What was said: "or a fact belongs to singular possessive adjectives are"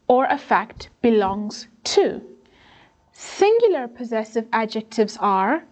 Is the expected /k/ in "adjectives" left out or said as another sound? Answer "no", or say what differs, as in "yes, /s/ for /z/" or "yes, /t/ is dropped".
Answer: no